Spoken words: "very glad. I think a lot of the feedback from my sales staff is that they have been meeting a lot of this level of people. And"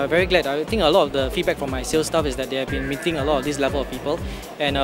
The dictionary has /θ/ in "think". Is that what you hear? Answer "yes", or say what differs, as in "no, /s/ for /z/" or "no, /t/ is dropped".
no, /t/ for /θ/